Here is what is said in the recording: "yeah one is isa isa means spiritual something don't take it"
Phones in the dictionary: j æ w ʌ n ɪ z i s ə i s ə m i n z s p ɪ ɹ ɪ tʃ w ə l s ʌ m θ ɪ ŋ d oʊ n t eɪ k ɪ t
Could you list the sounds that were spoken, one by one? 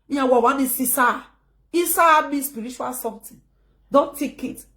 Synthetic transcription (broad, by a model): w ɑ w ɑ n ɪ s i s ə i s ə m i s p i ɹ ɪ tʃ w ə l s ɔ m t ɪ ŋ d oʊ n t eɪ k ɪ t